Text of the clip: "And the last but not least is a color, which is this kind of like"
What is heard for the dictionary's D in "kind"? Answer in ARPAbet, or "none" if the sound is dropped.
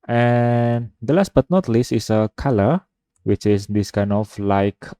none